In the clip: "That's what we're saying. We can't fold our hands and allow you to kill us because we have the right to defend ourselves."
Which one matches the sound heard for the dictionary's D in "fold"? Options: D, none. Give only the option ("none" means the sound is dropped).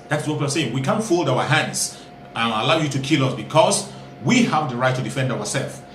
D